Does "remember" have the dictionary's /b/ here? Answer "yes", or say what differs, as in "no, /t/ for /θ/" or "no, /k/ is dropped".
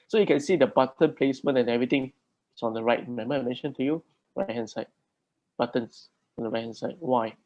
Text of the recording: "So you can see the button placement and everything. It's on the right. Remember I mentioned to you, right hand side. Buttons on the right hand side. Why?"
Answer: no, /b/ is dropped